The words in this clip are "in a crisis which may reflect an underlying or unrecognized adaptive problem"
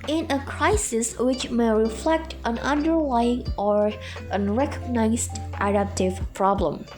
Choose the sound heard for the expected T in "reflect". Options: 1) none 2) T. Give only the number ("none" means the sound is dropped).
2